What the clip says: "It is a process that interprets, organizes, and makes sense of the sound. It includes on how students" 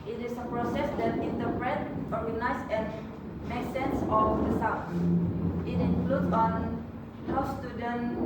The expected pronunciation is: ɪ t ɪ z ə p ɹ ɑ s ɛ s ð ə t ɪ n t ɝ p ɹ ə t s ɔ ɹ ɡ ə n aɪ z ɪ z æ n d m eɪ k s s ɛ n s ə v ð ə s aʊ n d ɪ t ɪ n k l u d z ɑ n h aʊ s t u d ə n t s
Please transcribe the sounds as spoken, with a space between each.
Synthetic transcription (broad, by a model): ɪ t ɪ s ə p ɹ ɑ s ɛ s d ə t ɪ n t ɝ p ɹ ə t ɔ ɹ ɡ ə n aɪ s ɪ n m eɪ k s s ɛ n s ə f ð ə s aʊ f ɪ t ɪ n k l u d s ɑ n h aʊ s t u d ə n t